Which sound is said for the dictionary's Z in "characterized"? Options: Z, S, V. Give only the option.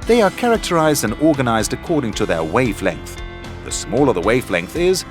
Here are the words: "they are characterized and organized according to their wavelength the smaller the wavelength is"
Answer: Z